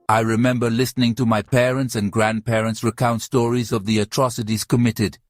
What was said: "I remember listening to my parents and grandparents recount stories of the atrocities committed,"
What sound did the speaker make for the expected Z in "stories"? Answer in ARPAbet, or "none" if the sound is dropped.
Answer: Z